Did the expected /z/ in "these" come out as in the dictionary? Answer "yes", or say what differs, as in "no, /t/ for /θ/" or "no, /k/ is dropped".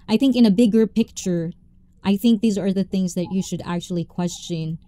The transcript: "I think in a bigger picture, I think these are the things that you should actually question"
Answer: yes